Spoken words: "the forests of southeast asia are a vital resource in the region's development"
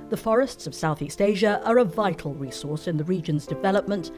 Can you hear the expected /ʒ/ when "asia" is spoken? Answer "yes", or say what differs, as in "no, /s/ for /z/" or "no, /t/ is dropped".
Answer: yes